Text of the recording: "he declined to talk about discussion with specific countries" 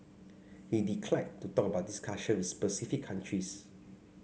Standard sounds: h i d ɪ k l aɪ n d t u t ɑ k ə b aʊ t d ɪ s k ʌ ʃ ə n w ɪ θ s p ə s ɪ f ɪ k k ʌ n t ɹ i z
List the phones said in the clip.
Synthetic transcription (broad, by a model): h i d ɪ k l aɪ d t u t ɑ k ə b aʊ t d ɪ s k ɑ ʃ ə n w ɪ s p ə s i f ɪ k k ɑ n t ɹ i s